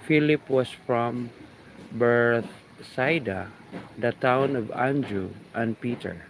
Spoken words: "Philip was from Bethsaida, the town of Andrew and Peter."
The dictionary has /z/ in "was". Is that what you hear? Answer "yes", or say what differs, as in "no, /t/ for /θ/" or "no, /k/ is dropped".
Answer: no, /s/ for /z/